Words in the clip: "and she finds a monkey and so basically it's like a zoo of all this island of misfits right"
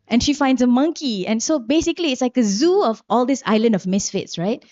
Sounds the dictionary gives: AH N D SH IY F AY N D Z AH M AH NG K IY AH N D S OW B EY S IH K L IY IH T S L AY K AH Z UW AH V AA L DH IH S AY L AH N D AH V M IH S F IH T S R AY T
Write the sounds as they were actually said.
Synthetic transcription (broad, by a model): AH N SH IY F AY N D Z AH M AH NG K IY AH N S OW B EY S IH K L IY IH T S L AY K AH Z UW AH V AA L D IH S AY L AH N D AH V M IH S F IH T S R AY T